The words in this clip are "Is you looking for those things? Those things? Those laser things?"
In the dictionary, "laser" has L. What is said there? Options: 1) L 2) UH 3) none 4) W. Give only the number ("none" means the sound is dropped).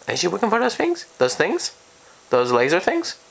1